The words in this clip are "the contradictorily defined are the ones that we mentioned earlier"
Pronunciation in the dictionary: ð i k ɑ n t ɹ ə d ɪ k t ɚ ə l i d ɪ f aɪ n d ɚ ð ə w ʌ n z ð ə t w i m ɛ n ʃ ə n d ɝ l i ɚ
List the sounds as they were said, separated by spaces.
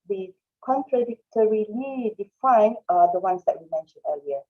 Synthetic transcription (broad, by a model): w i k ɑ n t ɹ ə d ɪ k t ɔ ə l i d ɪ f aɪ n d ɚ ə w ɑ n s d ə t w i m ɛ n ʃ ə n ɝ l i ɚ